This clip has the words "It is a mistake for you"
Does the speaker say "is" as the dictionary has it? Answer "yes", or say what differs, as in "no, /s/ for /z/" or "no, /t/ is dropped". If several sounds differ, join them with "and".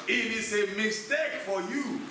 no, /s/ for /z/